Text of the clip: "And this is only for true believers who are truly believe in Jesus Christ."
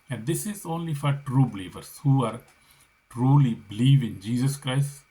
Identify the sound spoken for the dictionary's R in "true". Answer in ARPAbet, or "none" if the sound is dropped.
R